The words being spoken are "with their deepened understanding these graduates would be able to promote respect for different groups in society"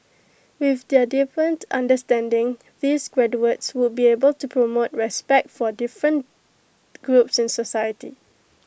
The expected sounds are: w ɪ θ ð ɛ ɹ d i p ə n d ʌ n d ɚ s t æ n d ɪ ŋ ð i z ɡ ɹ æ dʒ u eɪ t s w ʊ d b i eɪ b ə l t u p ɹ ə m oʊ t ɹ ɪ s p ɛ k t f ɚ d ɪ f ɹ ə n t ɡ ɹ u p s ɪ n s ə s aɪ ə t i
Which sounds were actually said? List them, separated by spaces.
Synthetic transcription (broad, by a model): w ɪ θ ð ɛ d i f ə n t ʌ n d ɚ s t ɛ n d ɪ ŋ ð i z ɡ ɹ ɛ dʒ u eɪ t s w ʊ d b i eɪ b ə l t u p ɹ ə m oʊ t ɹ ɪ s p ɛ k t f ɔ d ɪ f ɹ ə n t ɡ ɹ u p s ɪ n s ə s aɪ ə t i